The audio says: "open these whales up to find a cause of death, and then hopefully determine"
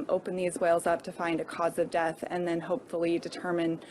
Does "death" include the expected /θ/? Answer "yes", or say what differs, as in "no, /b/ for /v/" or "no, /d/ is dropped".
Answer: yes